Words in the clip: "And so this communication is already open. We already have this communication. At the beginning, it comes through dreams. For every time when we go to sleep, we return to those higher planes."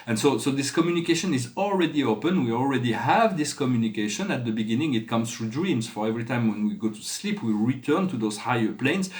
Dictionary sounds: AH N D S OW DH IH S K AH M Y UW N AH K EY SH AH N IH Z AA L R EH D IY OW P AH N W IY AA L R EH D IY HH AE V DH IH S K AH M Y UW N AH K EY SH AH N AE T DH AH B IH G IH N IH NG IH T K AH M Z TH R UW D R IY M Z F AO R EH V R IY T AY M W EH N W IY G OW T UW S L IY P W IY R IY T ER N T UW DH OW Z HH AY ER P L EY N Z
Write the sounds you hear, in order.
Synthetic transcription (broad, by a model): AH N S S OW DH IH S K AH M Y UW N AH K EY SH AH N IH Z AA L R EH D IY OW P AH N W IY AA L R EH D IY HH AE V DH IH S K AH M Y UW N AH K EY SH AH N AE T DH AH B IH G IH N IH NG IH T K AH M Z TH R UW D R IY M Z F AO R EH V R IY T AY M W EH N W IY G OW T UW S L IY P W IY R IY T ER N T UW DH OW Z HH AY ER P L EY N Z